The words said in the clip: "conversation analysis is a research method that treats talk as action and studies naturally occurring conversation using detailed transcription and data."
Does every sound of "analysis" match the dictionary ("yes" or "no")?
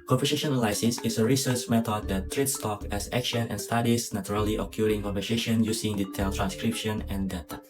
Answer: no